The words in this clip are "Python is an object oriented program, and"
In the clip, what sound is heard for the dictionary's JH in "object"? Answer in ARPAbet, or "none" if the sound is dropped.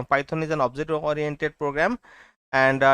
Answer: Z